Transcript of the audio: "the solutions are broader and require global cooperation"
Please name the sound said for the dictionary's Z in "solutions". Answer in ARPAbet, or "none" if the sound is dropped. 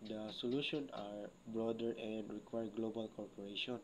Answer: none